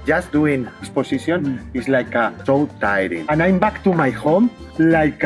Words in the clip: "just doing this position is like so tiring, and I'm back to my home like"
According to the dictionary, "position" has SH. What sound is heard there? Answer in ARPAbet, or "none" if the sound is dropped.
S